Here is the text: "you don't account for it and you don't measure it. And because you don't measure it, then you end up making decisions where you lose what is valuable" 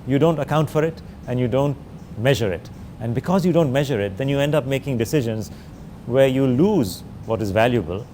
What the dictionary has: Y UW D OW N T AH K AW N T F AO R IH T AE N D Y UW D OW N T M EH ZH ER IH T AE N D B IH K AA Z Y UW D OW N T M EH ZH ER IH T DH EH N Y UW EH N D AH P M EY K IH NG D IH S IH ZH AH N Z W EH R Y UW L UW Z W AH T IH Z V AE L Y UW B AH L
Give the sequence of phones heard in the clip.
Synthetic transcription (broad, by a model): Y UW D OW N T AH K AW N T F AO R IH T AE N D Y UW D OW N T M EH ZH ER IH T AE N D B IH K AA Z Y UW D OW N T M EH ZH ER IH T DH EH N Y UW EH N D AH P M EY K IH NG D IH S IH ZH AH N Z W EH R Y UW L UW Z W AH T IH Z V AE L Y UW B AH L